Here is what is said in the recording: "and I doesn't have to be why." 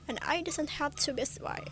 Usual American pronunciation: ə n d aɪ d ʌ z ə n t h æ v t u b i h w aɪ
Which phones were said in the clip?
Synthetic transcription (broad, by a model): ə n aɪ d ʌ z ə n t h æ p t u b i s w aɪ